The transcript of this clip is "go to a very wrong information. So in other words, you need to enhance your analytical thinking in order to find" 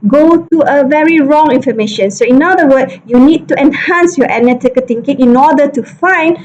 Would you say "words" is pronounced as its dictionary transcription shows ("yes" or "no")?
no